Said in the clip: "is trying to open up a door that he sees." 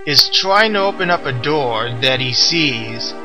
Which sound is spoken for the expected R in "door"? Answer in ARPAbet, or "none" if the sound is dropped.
R